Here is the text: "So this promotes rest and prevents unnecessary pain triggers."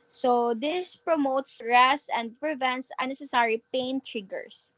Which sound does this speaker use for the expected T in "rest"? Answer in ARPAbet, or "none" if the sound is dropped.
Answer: none